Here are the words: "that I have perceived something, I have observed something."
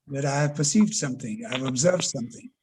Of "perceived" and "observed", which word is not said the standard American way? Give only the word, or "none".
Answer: none